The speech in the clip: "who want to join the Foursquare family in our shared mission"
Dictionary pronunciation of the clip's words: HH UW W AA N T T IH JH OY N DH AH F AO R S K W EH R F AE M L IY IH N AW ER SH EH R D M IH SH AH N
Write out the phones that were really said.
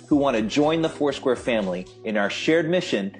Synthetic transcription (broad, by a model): HH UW W AA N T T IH JH OY N DH AH F AO R S K W EH R F AE M L IY IH N AW ER SH EH R D M IH SH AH N